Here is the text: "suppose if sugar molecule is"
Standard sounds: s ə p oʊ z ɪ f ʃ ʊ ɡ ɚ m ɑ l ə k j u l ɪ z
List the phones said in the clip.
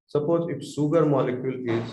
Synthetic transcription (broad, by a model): s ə p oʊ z ɪ f s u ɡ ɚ m ɑ l ə k j u l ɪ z